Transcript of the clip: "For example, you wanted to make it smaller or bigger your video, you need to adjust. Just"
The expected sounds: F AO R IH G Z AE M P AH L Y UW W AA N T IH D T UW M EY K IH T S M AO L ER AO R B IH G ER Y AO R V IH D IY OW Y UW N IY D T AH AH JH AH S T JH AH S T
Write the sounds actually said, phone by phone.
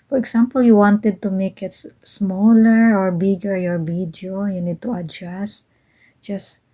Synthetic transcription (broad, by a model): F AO R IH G S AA M P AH L Y UW W AA N T IH D T UW M EY K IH T S M AO L ER AO R B IH G ER Y AO R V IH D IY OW Y UW N IY D T AH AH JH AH S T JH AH S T